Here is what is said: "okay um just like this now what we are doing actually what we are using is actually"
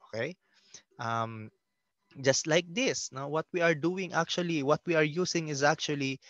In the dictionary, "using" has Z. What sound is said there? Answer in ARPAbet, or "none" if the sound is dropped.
S